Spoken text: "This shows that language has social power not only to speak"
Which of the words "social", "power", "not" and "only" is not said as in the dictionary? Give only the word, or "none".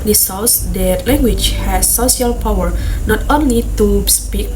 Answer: social